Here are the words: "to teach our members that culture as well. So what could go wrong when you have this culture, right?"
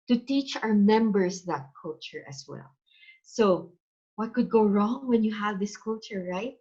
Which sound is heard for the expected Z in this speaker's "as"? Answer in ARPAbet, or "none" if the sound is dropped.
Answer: S